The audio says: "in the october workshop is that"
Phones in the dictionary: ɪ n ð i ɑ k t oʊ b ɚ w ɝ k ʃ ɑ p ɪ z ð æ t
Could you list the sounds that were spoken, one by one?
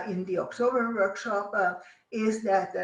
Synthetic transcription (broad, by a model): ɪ n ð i ɑ k t oʊ b ɚ w ɝ k ʃ ɑ p ɪ z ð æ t